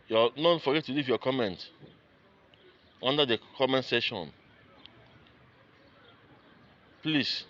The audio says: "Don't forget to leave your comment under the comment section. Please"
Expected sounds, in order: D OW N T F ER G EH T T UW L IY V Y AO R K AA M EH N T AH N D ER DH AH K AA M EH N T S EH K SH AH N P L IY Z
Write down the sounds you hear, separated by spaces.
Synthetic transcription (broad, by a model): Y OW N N F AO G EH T T UW L IY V Y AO K AA M EH N T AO N D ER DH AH K AA M EH N T S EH SH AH N P L IY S